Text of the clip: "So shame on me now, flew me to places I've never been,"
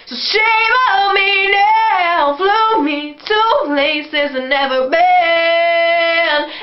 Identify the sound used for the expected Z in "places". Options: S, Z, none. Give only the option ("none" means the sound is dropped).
Z